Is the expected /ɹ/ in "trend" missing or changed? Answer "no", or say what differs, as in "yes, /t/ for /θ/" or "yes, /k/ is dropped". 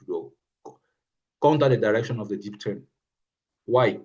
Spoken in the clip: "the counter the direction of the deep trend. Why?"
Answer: yes, /ɹ/ is dropped